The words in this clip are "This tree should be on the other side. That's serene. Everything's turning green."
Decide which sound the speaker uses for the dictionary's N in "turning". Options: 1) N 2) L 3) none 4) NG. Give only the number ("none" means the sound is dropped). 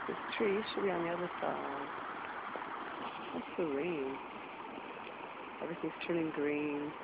2